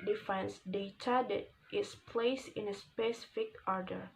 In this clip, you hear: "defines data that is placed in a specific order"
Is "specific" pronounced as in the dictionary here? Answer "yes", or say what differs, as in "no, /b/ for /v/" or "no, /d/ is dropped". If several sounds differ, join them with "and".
yes